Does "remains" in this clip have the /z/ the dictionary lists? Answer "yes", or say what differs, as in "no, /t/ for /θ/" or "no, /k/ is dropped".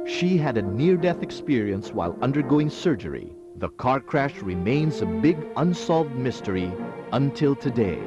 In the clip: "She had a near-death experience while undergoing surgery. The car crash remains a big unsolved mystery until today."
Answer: yes